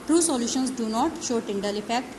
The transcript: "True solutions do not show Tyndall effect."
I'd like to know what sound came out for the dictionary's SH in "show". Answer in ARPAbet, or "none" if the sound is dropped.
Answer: SH